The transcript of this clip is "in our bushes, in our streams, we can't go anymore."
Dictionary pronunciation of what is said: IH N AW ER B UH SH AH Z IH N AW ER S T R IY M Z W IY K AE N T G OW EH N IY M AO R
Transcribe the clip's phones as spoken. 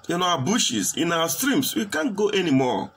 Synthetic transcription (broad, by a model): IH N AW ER B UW SH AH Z IH N AW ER S T R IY M S W IY K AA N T G OW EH N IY M AO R